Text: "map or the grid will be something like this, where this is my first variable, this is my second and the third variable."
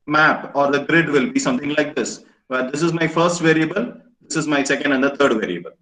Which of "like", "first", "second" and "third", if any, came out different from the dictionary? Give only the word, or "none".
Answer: third